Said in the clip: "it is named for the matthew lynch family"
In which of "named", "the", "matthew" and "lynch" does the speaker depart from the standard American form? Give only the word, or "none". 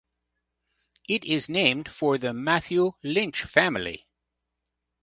none